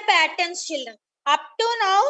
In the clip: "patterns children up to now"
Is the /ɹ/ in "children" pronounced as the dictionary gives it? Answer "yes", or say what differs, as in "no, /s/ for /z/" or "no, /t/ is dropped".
no, /ɹ/ is dropped